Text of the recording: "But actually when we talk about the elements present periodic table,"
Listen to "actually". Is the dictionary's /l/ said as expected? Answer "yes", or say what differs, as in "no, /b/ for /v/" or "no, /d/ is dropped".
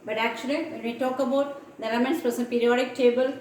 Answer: yes